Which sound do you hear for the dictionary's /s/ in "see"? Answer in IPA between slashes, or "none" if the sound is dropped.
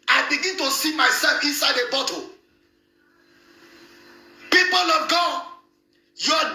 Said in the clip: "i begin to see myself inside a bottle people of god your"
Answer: /s/